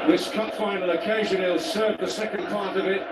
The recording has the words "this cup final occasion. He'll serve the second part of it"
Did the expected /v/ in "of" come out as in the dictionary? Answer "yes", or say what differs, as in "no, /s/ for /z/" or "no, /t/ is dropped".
yes